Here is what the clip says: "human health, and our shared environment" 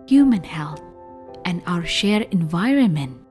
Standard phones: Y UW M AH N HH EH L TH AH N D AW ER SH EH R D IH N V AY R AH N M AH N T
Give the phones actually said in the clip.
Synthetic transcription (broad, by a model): Y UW M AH N HH EH L TH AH N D AW ER SH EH R IH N V AY R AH N M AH N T